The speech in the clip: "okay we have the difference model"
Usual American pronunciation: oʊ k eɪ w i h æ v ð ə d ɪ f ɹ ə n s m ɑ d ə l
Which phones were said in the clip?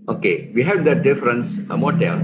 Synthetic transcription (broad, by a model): oʊ k eɪ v i h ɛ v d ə d ɪ f ɹ ə n s m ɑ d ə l